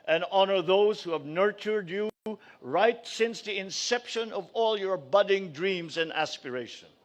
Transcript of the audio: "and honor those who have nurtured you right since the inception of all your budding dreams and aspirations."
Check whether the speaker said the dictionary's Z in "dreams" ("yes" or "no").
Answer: yes